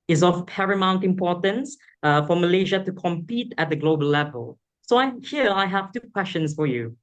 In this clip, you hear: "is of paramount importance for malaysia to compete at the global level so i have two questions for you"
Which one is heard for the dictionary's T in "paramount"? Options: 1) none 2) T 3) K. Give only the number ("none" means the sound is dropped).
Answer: 2